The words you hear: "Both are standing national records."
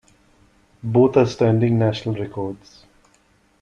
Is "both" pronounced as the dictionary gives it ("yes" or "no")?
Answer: no